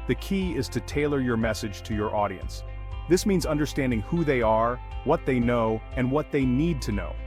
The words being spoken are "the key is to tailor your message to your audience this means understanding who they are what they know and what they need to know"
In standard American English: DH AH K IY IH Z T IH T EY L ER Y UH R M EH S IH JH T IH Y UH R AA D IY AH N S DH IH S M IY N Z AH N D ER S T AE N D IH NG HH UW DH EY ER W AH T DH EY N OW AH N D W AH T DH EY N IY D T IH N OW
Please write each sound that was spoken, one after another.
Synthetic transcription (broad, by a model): DH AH K IY IH Z T IH T EY L ER Y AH R M EH S IH JH T IH Y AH R AA D IY AH N S DH IH S M IY N Z AH N D ER S T AE N D IH NG HH UW DH EY ER W AH T DH EY N OW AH N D W AH T DH EY N IY D T IH N OW